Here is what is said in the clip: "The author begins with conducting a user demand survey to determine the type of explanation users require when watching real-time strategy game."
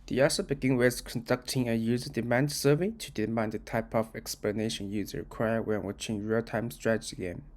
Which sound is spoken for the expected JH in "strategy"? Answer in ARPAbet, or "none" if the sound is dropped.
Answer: CH